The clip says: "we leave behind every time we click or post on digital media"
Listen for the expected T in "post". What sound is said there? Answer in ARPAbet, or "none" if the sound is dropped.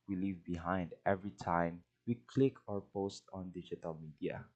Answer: T